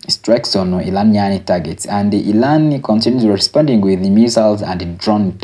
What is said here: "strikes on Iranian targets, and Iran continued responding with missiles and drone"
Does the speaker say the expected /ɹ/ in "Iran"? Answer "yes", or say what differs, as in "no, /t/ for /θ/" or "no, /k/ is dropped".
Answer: no, /l/ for /ɹ/